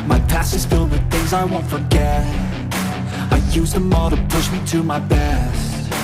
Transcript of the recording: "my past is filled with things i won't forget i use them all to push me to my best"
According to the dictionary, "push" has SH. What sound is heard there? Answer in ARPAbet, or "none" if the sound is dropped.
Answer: SH